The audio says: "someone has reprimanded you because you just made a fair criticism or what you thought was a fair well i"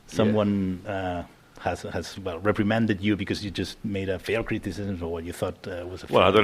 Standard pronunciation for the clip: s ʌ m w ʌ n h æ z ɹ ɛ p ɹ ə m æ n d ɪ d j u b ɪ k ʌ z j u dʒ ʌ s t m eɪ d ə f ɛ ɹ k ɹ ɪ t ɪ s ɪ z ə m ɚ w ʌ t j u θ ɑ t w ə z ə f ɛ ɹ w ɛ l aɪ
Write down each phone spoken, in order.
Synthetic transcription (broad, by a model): s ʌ m w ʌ n h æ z ɹ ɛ p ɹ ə m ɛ n d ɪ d j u b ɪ k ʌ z j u dʒ ʌ s t m eɪ d ə f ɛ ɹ k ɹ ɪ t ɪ s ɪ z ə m ɚ w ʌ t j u θ ɑ t w ə z ə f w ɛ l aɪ